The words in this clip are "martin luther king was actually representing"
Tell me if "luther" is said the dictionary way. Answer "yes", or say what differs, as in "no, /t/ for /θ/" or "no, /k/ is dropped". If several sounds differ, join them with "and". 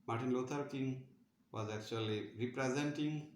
no, /t/ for /θ/